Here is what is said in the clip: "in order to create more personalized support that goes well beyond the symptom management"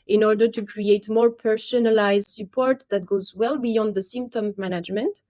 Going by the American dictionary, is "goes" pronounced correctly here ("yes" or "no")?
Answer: yes